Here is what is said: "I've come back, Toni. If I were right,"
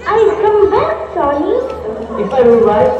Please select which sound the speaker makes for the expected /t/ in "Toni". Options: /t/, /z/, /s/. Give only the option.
/s/